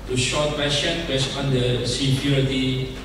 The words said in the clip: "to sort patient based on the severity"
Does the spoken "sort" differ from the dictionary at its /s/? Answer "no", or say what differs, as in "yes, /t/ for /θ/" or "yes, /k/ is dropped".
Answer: yes, /ʃ/ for /s/